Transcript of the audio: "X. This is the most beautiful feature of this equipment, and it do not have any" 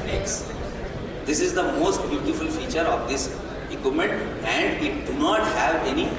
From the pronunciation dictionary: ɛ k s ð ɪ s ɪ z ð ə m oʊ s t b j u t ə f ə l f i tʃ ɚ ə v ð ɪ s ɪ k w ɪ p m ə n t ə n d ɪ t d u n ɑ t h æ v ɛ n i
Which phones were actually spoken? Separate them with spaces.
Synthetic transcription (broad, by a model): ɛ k s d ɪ s ɪ z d ə m oʊ s t b j u t ə f ə l f i tʃ ɚ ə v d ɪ s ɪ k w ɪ m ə n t ə n d ɪ t d u n ɑ t h æ v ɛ n i